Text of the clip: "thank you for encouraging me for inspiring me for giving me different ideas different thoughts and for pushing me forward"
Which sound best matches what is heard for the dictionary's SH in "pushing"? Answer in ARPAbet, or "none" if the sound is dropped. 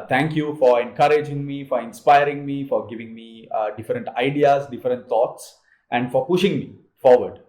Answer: SH